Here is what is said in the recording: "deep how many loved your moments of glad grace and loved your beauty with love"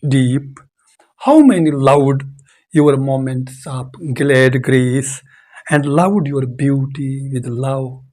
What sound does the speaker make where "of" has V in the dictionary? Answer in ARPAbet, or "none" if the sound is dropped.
P